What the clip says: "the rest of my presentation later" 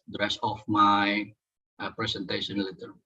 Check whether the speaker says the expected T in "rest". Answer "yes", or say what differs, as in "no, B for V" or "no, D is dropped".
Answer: no, T is dropped